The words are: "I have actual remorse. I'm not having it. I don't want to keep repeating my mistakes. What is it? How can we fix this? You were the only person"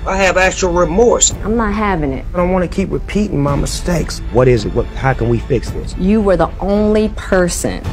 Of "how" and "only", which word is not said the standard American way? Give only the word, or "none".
none